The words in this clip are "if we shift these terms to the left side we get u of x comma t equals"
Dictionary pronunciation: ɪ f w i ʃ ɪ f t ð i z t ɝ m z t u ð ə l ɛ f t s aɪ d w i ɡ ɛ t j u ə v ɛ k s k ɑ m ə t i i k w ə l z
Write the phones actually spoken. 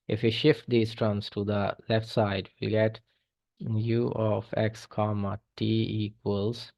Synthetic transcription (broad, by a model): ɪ f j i ʃ ɪ f t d i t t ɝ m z t u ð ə l ɛ f t s aɪ d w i ɡ ɛ t j u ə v ɛ k s k ɑ m ə t i i k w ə l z